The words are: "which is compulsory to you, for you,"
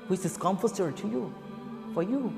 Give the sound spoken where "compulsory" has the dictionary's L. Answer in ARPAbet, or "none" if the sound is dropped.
none